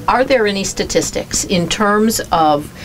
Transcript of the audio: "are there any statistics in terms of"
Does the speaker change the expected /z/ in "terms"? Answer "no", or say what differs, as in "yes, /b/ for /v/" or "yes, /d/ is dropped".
no